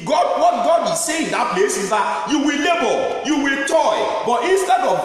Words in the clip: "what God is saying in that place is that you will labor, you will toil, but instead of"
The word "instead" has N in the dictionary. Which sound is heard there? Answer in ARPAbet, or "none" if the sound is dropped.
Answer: N